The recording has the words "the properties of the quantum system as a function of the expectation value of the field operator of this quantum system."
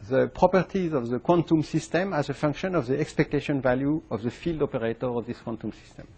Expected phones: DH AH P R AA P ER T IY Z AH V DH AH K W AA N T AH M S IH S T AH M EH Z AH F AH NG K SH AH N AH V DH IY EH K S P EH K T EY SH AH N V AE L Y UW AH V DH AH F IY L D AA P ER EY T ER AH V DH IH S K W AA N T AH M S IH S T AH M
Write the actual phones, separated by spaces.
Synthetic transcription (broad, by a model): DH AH P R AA P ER T IY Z AH V DH AH K W AA N T AH M S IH S T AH M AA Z AH F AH NG K SH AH N AH V DH IY EH K S P EH K T EY SH AH N V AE L Y UW AH V DH AH F IY L D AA P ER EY T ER AH V DH IH S K W AA N T AH M S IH S T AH M